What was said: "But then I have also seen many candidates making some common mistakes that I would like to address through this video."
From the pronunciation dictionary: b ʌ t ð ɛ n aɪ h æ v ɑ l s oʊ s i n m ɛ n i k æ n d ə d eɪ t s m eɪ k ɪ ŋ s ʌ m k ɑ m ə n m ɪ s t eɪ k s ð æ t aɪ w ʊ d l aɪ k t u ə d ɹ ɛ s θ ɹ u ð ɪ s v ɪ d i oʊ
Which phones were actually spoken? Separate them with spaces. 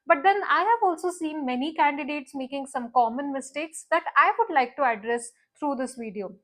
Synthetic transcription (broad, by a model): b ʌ t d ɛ n aɪ h æ v ɑ l s oʊ s i n m ɛ n i k æ n d ə d eɪ t s m eɪ k ɪ ŋ s ʌ m k ɑ m ə n m ɪ s t eɪ k s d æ t aɪ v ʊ d l aɪ k t u ə d ɹ ɛ s t ɹ u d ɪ s v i d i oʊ